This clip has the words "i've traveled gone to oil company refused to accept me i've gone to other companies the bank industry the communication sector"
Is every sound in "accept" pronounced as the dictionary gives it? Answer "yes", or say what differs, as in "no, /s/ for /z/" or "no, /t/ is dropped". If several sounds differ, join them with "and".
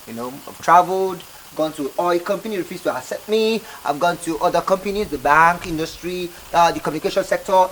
no, /k/ is dropped